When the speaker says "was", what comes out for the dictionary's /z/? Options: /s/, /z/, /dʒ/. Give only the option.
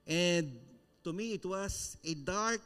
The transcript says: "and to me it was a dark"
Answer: /s/